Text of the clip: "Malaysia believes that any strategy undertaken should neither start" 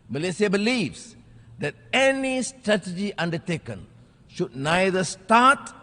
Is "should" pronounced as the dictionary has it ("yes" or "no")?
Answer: yes